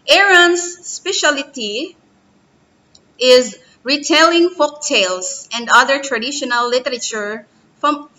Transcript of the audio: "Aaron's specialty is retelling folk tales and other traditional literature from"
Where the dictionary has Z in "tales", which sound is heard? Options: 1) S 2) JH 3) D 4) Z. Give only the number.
1